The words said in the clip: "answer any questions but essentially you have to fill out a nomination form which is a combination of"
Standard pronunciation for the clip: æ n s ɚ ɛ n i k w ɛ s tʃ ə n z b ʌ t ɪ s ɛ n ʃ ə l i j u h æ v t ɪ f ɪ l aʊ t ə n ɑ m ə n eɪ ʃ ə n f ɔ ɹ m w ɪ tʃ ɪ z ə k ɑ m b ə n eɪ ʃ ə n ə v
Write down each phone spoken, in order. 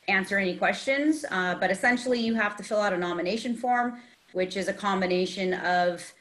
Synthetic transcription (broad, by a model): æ n s ɚ ɛ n i k w ɛ s tʃ ə n z b ʌ t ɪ s ɛ n ʃ l i j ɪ h æ f t ɪ f ɪ l aʊ t ə n ɑ m ə n eɪ ʃ ə n f ɔ ɹ m w ɪ tʃ ɪ z ə k ɑ m b ə n eɪ ʃ ə n ə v